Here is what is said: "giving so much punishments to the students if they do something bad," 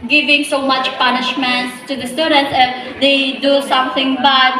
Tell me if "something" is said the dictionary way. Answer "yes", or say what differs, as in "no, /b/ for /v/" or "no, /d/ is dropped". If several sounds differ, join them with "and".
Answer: no, /t/ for /θ/